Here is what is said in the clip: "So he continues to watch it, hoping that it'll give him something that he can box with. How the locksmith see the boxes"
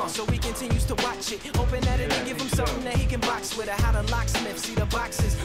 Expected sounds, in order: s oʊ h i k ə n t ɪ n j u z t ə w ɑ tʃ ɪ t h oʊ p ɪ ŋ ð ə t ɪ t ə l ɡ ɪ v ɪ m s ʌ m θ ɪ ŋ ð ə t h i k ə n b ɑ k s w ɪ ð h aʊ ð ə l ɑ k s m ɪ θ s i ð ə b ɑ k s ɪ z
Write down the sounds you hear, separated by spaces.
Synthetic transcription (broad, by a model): s oʊ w i k ə n t ɪ n j u z t ə w ɑ tʃ ɪ t h oʊ p ɪ ŋ ð ə t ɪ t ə n ɡ ɪ v ɪ m s ʌ m θ ɪ ŋ ð ə t h i k ə n b ɑ k s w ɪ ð h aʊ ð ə l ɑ k s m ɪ f s i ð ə b ɑ k s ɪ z